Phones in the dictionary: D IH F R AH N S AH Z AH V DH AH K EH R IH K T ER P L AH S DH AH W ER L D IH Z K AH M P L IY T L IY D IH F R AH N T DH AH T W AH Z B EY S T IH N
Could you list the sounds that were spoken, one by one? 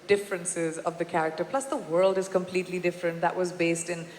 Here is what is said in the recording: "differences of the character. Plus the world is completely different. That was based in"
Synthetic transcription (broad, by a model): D IH F R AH N S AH Z AH V DH AH K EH R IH K T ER P L AH S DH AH W ER L D IH Z K AH M P L IY T L IY D IH F R AH N T DH AH T W AH Z B EY S T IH N